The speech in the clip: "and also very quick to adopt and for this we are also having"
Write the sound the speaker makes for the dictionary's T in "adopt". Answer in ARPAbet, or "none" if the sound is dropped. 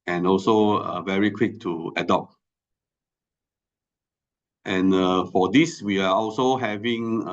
T